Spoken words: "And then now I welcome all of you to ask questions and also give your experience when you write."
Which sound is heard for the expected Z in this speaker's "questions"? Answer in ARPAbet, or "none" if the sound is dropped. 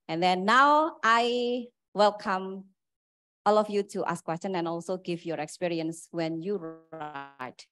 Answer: none